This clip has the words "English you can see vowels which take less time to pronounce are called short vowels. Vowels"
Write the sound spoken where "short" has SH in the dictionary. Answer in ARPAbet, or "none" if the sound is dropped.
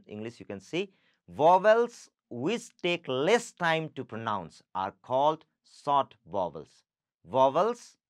S